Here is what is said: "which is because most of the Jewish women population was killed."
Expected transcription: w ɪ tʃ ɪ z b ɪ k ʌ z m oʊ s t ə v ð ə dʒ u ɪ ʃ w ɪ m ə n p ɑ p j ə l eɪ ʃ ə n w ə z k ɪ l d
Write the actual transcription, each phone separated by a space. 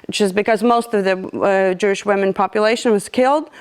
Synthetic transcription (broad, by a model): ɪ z b ɪ k ʌ z m oʊ s t ə v ð ə dʒ u ɪ ʃ w ɪ m ə n p ɑ p j ə l eɪ ʃ ə n w ə z k ɪ l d